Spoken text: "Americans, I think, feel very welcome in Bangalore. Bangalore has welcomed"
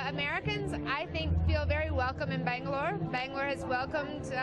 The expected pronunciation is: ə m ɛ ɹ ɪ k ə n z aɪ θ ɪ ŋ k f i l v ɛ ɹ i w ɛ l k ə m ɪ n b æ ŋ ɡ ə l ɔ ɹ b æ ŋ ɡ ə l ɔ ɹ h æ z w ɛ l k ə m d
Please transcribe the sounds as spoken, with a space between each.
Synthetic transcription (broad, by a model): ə m ɛ ɹ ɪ k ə n z aɪ θ ɪ ŋ k f i l v ɛ ɹ i w ɛ l k ə m ɪ n b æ ŋ ɡ l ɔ ɹ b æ ŋ ɡ l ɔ ɹ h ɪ z w ɛ l k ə m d